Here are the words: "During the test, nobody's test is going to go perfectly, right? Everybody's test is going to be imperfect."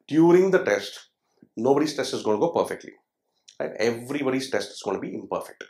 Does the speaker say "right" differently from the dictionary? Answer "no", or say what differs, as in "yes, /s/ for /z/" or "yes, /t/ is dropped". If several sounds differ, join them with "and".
yes, /l/ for /ɹ/